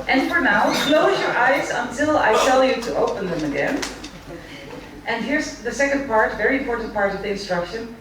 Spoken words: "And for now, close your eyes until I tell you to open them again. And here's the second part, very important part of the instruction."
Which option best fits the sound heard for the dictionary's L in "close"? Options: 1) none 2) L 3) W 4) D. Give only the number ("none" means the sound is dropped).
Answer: 2